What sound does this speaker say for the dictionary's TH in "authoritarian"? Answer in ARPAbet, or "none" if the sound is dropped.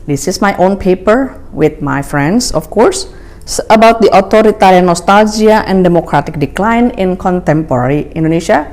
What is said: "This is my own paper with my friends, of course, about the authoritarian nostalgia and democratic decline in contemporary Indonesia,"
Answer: T